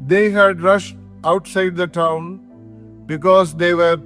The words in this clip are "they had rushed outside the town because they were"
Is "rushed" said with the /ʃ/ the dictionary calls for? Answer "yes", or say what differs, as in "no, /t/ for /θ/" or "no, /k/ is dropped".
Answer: yes